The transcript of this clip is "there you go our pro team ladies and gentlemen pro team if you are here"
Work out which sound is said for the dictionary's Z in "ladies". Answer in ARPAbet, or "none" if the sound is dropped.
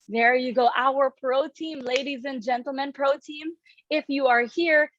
Z